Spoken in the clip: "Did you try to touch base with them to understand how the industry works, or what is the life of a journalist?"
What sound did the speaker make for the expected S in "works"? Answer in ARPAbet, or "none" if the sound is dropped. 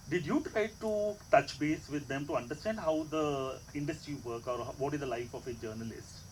none